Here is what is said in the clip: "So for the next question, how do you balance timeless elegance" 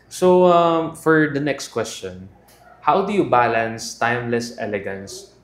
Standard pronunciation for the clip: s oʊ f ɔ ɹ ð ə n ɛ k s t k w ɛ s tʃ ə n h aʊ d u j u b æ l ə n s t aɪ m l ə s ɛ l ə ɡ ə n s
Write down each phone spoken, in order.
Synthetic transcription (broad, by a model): s oʊ f ɔ ɹ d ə n ɛ k s t k w ɛ s tʃ ə n h aʊ d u j u b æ l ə n s t aɪ m l ə s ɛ l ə ɡ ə n s